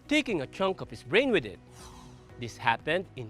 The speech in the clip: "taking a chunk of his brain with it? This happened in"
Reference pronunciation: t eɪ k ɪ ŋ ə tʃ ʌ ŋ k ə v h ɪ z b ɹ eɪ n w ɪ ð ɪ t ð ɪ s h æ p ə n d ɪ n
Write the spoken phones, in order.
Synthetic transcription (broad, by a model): t eɪ k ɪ ŋ ə tʃ ʌ ŋ k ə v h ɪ s b ɹ eɪ n w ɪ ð ɪ t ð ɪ s h æ p ə n d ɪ n